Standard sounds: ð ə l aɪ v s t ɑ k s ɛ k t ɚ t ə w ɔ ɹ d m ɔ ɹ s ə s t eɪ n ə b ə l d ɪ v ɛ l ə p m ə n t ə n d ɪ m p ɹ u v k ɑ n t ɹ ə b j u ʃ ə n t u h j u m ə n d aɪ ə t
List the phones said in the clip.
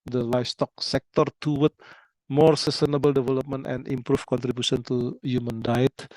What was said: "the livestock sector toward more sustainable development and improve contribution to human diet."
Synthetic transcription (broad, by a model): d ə l aɪ f s t ɑ k s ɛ k t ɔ t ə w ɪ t m ɔ ɹ s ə s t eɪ n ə b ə l d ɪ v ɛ l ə p m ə n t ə n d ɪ m p ɹ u f k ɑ n t ɹ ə b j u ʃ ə n t u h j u m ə n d aɪ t